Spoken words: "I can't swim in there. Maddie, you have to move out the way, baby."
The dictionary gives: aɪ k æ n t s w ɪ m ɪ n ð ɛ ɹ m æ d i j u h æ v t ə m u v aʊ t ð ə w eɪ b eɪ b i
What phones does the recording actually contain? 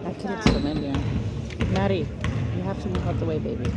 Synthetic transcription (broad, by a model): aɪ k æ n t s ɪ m ɪ n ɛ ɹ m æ d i j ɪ h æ f t ə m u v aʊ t ð ə w eɪ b eɪ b i